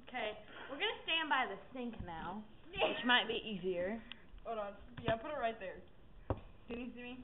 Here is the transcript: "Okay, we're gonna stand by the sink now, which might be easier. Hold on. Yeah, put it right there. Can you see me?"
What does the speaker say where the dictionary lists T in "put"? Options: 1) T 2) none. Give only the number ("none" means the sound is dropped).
1